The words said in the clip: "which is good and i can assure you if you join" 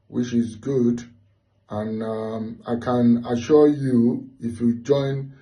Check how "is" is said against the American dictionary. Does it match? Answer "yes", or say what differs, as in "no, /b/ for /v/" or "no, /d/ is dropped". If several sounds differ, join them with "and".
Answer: yes